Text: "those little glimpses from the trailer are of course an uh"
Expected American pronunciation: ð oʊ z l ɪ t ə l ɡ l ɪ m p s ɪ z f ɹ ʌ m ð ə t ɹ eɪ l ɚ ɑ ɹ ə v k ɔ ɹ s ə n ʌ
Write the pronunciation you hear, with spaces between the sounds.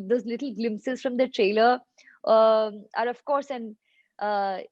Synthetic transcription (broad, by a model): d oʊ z l ɪ t ə l ɡ l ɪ m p s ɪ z f ɹ ʌ m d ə t ɹ eɪ l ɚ ɑ ɹ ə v k ɔ ɹ s ə n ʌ